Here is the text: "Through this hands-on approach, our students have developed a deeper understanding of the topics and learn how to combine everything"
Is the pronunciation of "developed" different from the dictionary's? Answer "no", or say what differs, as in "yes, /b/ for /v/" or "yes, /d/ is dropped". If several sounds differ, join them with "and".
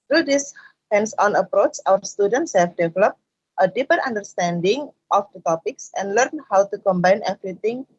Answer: no